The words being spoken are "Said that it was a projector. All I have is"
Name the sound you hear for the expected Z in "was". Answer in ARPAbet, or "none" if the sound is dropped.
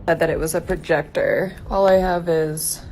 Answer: Z